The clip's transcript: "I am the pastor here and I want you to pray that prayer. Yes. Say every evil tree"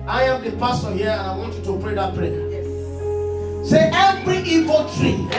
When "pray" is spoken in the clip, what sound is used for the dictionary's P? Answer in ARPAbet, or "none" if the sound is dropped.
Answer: P